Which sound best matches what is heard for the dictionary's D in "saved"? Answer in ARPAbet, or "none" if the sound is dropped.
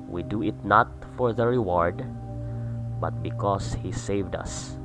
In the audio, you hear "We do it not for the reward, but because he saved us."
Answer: D